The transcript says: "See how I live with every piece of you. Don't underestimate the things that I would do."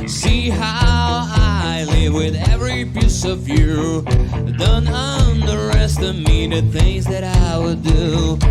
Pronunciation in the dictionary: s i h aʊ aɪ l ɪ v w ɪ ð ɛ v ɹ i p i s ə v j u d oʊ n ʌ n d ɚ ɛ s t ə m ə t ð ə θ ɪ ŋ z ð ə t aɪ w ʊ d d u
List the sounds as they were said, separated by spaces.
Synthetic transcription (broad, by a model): s i h aʊ aɪ l ɪ v w ɪ ð ɛ v ɹ i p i s ə v j u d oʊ n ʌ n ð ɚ ɛ s t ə m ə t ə θ ɪ ŋ z ð ə t aɪ w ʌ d d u